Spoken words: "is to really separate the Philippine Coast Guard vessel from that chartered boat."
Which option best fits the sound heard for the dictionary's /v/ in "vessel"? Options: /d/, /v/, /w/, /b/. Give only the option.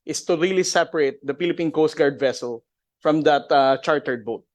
/v/